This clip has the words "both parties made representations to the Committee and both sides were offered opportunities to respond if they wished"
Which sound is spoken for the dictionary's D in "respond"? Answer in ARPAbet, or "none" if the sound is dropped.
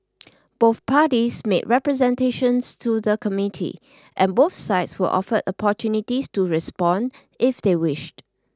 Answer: D